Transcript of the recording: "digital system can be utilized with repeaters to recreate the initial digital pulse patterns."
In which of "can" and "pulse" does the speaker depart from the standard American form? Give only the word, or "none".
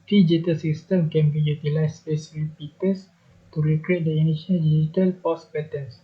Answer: pulse